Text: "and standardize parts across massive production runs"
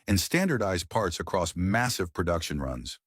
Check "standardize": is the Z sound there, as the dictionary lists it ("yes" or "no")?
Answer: yes